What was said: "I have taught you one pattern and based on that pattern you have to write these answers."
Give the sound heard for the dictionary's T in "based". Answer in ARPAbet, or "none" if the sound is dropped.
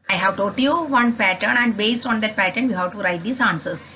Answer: T